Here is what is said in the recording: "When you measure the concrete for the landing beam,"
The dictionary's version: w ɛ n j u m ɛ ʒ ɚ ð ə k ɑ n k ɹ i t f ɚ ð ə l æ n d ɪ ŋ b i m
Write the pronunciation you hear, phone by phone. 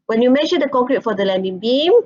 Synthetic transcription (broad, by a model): w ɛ n j u m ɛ ʃ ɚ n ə k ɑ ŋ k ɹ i t f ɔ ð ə l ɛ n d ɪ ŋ b i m